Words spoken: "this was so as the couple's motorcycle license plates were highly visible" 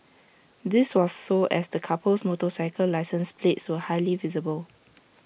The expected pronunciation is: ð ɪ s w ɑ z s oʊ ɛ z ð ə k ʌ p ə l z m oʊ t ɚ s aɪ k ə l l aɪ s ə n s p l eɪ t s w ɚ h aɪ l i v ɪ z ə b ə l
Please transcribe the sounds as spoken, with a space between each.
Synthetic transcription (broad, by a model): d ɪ s w ɑ s oʊ ɛ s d ə k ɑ p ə l s m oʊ t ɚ s aɪ k ə l l aɪ s ə n s p l eɪ t s w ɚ h aɪ l i v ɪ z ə b ə l